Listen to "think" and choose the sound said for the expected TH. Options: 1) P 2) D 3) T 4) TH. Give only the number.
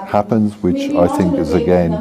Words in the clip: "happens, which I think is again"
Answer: 4